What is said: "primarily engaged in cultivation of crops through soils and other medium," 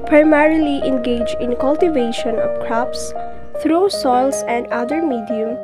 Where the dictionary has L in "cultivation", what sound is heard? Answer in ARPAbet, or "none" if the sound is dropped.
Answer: L